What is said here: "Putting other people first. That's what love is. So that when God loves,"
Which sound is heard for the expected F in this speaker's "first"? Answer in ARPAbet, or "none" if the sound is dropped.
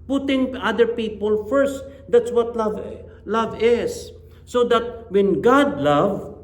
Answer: F